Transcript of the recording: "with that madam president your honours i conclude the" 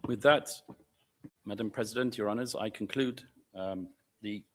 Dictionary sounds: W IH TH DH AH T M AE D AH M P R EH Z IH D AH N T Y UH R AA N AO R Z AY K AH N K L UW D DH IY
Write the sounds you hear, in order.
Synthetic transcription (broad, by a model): W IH DH AH T M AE D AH M P R EH Z IH D AH N T Y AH R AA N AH Z AY K AH N K L UW D DH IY